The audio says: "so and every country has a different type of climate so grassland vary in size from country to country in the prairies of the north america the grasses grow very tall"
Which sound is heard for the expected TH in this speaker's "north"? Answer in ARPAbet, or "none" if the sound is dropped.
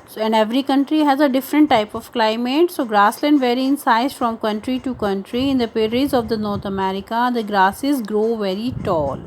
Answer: T